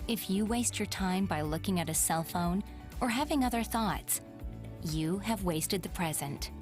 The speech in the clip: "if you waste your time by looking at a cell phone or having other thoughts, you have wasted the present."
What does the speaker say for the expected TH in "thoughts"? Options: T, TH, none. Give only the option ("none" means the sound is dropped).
TH